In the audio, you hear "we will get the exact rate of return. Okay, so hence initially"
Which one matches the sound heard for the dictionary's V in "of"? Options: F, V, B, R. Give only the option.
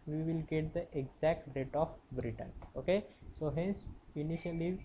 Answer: B